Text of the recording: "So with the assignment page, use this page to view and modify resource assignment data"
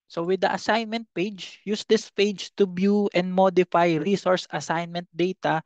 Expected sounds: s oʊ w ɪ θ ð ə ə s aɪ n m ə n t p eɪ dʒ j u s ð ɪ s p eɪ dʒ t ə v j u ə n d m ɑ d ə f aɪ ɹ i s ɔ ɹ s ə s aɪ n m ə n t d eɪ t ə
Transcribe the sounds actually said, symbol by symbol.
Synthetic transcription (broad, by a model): s oʊ w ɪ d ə ə s aɪ n m ə n t p eɪ dʒ j u s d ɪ s p eɪ dʒ t ə b j u ə n d m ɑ d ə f aɪ ɹ i s ɔ ɹ s ə s aɪ n m ə n t d eɪ t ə